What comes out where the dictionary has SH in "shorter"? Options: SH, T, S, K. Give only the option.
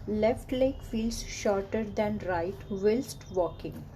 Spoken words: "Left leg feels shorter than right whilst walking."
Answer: SH